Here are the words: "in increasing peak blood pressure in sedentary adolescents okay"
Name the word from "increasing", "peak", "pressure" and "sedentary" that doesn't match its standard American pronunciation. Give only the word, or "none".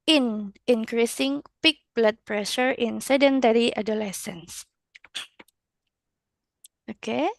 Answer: none